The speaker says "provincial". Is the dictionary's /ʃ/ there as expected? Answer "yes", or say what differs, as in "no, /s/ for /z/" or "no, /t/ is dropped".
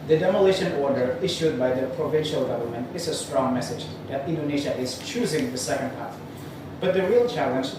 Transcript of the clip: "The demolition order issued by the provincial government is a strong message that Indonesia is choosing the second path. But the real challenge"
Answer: yes